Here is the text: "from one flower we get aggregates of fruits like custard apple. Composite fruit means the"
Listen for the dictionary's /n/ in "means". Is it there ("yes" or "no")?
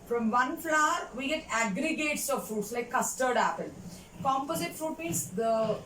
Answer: no